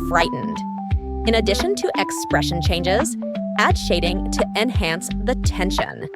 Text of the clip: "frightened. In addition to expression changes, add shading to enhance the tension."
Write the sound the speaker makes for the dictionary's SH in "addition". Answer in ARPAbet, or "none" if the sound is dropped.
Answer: SH